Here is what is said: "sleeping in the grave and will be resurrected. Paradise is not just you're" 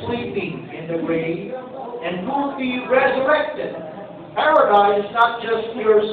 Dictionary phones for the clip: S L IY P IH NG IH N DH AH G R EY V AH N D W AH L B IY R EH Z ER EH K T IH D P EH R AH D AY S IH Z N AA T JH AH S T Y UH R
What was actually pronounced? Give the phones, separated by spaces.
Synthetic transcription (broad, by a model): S L IY P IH NG IH N DH AH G R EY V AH N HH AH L B IY R EH Z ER EH K T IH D P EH R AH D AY IH Z N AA T JH AH S T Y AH R